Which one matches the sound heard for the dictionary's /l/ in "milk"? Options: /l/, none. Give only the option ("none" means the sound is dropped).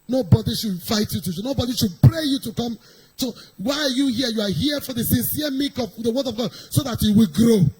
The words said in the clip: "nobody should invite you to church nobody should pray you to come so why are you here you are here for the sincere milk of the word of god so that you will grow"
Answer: none